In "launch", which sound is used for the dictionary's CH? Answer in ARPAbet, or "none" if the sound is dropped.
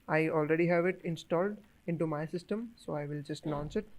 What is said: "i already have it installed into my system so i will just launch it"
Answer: S